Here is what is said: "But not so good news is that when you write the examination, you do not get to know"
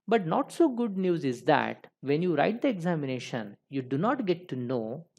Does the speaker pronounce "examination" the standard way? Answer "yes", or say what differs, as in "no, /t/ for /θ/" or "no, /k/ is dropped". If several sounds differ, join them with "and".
yes